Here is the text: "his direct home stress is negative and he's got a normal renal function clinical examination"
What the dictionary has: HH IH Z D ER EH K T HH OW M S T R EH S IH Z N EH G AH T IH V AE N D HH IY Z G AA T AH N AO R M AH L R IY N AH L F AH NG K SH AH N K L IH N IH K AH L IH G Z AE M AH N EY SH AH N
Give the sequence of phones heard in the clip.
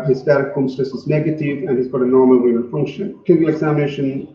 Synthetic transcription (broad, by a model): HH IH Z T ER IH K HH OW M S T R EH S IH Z N EH G AH T IH V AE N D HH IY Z G AA T AH N AO R M AH L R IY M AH N F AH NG K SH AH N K IH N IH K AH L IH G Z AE M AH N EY SH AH N